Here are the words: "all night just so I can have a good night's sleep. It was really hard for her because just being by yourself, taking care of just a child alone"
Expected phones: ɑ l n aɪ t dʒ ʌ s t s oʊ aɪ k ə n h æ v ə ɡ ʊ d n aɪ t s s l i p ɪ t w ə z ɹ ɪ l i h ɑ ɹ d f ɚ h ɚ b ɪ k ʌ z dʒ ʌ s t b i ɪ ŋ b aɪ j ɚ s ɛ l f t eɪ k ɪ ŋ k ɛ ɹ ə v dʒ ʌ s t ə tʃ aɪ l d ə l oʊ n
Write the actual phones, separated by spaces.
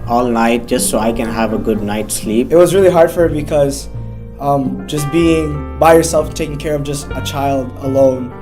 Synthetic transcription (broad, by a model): ɑ l n aɪ t dʒ ʌ s t s oʊ aɪ k ə n h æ v ə ɡ ʊ d n aɪ t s s l i p ɪ t w ə z ɹ ɪ l i h ɑ ɹ d f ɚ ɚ b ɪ k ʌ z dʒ ʌ s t b i ɪ ŋ b aɪ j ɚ s ɛ l f t eɪ k ɪ ŋ k ɛ ɹ ə v dʒ ʌ s t ə tʃ aɪ l d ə l oʊ n